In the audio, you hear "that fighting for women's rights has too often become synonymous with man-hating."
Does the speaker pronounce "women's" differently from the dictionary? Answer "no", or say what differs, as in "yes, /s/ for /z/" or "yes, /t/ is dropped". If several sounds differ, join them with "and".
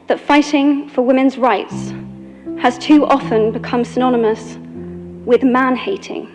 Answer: no